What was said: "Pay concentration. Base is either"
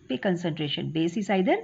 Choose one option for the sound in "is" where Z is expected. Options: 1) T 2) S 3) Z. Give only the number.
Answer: 2